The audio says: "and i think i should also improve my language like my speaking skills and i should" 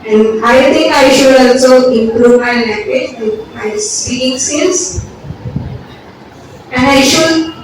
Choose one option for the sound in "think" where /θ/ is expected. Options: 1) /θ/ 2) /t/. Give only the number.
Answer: 2